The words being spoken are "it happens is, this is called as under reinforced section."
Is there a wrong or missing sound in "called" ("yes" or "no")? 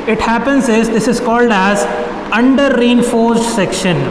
no